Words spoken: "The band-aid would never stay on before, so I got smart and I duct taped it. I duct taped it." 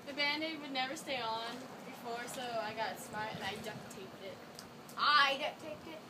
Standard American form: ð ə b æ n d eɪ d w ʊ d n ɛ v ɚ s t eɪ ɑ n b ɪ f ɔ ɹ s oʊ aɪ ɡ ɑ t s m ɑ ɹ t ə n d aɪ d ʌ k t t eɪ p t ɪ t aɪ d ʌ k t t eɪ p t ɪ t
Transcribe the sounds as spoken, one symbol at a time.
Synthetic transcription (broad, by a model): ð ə b æ n d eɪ w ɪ d n ɛ v ɚ s t eɪ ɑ n b ɪ f ɔ ɹ s oʊ aɪ ɡ ɑ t s m ɑ ɹ t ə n aɪ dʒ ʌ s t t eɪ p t ɪ t aɪ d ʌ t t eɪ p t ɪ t